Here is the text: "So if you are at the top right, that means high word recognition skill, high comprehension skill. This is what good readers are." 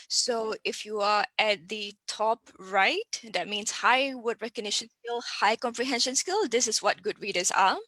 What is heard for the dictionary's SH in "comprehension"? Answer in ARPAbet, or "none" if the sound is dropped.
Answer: SH